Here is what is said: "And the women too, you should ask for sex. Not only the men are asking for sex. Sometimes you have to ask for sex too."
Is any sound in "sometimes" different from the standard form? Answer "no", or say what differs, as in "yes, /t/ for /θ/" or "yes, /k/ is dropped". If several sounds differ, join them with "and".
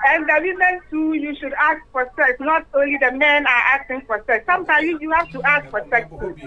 yes, /z/ is dropped